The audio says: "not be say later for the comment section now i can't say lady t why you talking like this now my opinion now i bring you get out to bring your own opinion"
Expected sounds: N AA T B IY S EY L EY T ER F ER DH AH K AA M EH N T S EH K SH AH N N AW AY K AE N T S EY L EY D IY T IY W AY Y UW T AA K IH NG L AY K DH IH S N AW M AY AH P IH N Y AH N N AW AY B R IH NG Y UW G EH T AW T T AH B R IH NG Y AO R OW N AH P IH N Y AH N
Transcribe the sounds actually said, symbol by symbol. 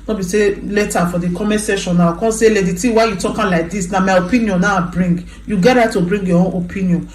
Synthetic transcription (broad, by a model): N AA B IY S EY L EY T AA F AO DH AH K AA M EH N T S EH SH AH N N AW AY K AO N S EY L EY D IY T IY W AY Y UW T AA K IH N L AY K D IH S N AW M AY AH P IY N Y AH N N AW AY B R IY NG Y UW G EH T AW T T AH B R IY NG Y AO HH OW N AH P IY N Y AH N